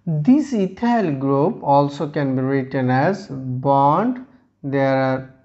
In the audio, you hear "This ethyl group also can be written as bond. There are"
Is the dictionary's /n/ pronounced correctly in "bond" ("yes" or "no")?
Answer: yes